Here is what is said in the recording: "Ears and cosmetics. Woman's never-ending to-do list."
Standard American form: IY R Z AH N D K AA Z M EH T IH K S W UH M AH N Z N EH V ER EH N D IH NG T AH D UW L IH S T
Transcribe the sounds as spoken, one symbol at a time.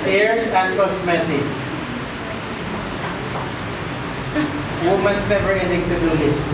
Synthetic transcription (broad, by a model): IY R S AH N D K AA S M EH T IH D S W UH M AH N S N EH V ER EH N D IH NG T AH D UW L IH S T